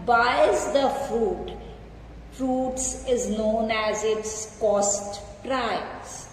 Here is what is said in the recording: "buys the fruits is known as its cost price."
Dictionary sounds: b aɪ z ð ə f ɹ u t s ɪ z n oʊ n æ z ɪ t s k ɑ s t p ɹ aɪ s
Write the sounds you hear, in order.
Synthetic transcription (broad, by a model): b aɪ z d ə f ɹ u t s ɪ z n oʊ n æ z ɪ t s k ɑ s t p ɹ aɪ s